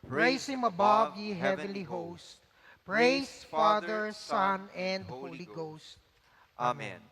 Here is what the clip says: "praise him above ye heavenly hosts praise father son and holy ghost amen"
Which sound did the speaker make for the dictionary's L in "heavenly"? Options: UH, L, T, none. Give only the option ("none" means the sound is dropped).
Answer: L